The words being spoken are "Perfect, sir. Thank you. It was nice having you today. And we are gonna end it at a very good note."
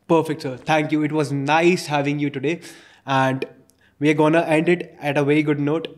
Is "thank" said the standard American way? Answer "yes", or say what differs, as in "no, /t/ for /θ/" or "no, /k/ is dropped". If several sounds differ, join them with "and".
no, /t/ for /θ/